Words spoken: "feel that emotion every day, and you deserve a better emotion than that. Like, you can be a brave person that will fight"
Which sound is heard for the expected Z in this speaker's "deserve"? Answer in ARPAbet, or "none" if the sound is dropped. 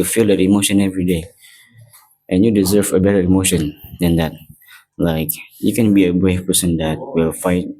Z